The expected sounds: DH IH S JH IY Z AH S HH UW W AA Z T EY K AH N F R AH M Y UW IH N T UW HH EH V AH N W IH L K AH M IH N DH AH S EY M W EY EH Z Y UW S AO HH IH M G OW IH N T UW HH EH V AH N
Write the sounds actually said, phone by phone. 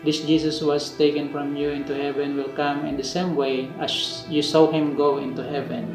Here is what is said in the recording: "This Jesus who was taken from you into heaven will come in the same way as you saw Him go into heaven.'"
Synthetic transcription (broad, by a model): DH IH S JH IY S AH S W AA S T EY K AH N F R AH M Y UW IH N T UW HH EH V AH N W IH L K AH M IH N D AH S EY M W EY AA S Y UW S AO HH IH M G OW IH N T UW HH EH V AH N